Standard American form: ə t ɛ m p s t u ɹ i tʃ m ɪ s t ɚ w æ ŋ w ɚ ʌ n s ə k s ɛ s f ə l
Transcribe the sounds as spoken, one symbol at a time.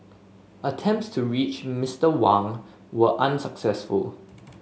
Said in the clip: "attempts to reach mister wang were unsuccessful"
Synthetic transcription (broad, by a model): ə t ɛ m p s t u ɹ i tʃ m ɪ s t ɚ w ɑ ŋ w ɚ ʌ n s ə k s ɛ s f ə l